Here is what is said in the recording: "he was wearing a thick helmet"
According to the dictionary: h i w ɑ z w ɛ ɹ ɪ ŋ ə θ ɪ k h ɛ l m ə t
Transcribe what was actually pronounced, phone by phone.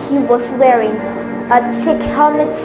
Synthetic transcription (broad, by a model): h i w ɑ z w ɛ ɹ ɪ ŋ ə s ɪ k h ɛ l m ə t